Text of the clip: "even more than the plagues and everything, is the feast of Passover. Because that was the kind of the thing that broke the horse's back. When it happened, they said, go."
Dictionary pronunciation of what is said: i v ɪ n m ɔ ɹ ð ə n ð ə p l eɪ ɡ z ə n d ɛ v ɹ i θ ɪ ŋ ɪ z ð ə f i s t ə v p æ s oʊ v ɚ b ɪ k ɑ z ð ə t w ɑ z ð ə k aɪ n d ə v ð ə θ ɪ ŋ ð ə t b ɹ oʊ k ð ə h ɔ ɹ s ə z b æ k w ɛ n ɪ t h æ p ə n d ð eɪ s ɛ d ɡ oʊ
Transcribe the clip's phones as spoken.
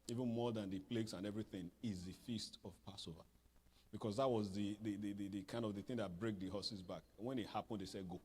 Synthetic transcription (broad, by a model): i v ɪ n m ɔ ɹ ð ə n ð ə p l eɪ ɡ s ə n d ɛ v ɹ i θ ɪ ŋ ɪ z ð ə f i s t ə v p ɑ s oʊ v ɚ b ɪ k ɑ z ð ə t w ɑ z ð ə k aɪ n d ə v ð ə θ ɪ ŋ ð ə t b ɹ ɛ k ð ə h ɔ s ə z b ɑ k w ɛ n ɪ t h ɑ p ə n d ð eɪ s ɛ d ɡ oʊ